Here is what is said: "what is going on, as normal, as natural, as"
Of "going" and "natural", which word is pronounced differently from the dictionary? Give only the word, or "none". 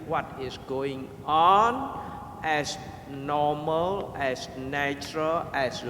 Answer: none